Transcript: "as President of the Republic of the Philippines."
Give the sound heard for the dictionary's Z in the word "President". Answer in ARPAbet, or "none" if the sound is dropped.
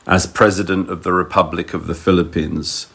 Z